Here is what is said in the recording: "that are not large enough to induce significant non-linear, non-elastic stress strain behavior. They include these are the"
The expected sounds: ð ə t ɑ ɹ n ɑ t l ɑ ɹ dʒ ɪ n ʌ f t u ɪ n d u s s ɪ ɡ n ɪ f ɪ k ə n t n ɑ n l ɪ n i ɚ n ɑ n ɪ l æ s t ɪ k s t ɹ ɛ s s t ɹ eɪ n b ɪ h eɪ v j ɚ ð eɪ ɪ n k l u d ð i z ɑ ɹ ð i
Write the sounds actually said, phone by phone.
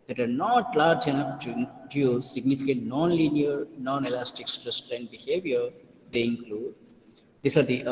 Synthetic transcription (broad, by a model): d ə t ɑ ɹ n ɑ t l ɑ ɹ dʒ ɪ n ʌ f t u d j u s s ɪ ɡ n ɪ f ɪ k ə t n ɑ n l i n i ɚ n ɑ n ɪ l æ s t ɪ k s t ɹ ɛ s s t eɪ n b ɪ h eɪ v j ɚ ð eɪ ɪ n k l u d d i s ɑ ɹ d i